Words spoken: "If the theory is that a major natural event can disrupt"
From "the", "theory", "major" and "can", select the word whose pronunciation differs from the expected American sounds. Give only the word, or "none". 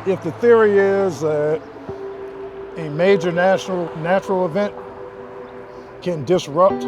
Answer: none